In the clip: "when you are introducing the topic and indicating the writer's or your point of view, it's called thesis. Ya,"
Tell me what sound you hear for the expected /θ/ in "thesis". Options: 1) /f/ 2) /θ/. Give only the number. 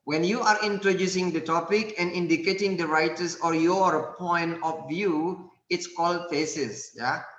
1